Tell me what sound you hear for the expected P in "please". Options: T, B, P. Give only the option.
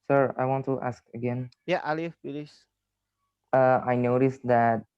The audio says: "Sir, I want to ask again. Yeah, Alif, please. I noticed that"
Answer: B